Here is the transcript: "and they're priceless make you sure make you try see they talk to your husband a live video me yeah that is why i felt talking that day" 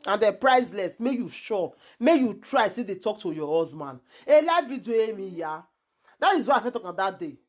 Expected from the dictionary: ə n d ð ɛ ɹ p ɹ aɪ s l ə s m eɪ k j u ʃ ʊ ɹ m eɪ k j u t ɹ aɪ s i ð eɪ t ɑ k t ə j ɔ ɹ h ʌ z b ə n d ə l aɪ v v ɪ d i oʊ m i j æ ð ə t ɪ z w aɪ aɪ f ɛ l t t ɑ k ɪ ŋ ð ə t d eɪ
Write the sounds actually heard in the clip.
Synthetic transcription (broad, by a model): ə n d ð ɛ p ɹ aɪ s l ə s m eɪ k j u ʃ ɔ m eɪ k j u t ɹ aɪ s i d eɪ t ɑ k t ə j ɔ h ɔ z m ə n ə l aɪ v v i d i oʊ m i j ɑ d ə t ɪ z w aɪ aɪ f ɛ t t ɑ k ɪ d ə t d eɪ